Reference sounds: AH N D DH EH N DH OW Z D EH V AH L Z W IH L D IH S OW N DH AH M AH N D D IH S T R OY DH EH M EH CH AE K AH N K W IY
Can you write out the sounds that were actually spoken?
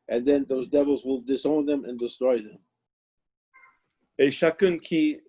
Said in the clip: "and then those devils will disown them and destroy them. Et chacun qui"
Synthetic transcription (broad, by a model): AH N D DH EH N DH OW Z D EH V AH L Z W IH L D IH S OW N DH AH M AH N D D IH S T R OY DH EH M EH SH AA K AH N K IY